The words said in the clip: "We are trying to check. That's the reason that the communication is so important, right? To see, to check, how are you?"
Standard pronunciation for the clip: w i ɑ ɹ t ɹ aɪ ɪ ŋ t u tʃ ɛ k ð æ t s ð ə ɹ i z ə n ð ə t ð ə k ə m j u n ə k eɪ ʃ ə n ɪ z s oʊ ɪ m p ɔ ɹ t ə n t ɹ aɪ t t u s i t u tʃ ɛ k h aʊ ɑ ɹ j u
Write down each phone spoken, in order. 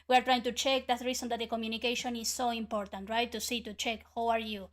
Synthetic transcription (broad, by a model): w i ɑ ɹ t ɹ aɪ ɪ ŋ t u tʃ ɛ k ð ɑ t ɹ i s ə n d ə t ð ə k ə m j u n ə k eɪ ʃ ə n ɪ s oʊ ɪ m p ɔ ɹ t ə n t ɹ aɪ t t u s i t u tʃ ɛ k h aʊ ɑ ɹ j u